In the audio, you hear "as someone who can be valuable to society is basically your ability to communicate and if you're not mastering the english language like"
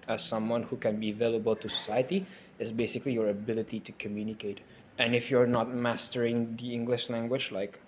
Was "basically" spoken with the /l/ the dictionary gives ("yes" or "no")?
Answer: yes